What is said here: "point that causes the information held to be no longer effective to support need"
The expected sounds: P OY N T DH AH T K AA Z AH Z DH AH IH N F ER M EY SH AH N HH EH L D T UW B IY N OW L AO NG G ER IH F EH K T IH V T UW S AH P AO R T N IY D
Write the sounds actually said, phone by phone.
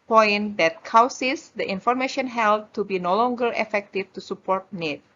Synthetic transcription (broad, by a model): P OY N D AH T K AA S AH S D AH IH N F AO M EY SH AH N HH EH L D T UW B IY N OW L AO NG G ER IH F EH K T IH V T UW S AH P AO R T N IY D